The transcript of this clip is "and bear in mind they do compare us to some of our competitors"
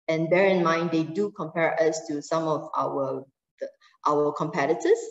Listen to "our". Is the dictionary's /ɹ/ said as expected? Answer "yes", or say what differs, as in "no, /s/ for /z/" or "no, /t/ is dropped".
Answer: no, /w/ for /ɹ/